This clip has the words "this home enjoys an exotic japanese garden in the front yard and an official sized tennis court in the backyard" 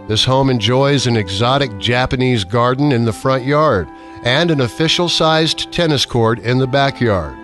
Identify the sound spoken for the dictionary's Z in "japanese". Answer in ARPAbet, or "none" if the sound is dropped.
Z